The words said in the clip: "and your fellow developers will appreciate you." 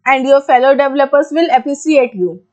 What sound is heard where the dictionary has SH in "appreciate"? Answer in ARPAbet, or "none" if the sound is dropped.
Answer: S